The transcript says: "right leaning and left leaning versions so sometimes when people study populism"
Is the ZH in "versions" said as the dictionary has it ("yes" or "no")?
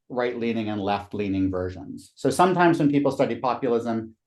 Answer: yes